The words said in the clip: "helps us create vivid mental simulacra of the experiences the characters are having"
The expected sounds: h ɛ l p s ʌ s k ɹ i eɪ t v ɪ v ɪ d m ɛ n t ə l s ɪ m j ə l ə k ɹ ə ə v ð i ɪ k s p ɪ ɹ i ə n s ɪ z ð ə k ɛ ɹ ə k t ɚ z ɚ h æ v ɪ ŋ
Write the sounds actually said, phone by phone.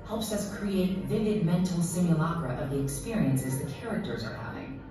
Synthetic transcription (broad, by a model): h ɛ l p s ʌ s k ɹ i eɪ t v ɪ v ɪ d m ɛ n t l s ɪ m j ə l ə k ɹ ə ə v ð i ɪ k s p ɪ ɹ i ə n s ɪ z ð ə k ɛ ɹ ə k t ɚ z ɚ h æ v ɪ ŋ